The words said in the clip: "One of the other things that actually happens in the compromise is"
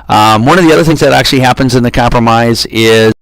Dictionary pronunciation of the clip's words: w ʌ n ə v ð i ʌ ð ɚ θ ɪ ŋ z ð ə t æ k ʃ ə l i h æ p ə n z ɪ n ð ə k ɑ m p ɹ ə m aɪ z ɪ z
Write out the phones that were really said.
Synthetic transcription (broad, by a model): w ʌ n ə v ð i ʌ ð ɚ θ ɪ ŋ z ð ə t æ k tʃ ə l i h æ p ə n z ɪ n ð ə k ɑ m p ɹ ə m aɪ z ɪ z